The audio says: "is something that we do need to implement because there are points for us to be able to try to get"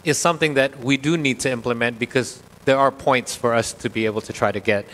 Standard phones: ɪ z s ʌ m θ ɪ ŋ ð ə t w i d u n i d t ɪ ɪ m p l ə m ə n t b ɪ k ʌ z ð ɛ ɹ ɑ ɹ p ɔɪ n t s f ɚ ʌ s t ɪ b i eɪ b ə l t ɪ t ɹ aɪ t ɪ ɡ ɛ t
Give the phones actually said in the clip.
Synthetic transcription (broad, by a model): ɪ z s ʌ m θ ɪ ŋ ð ə t w i d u n i d t ɪ ɪ m p l ə m ə n t b ɪ k ʌ z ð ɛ ɹ ɑ ɹ p ɔɪ n t s f ɚ ʌ s t ɪ b i eɪ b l t ɪ t ɹ aɪ t ɪ ɡ ɛ t